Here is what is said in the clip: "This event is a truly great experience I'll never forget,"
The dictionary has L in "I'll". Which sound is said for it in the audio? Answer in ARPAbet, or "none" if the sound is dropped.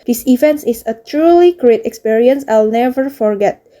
L